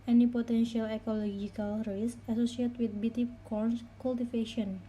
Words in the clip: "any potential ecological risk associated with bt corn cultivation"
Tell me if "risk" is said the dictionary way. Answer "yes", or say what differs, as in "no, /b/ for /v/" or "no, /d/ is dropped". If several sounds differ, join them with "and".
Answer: no, /k/ is dropped